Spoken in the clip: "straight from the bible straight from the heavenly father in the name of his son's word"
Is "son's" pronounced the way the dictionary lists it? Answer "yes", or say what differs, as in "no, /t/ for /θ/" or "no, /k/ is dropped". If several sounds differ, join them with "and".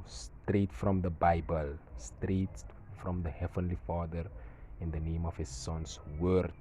no, /s/ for /z/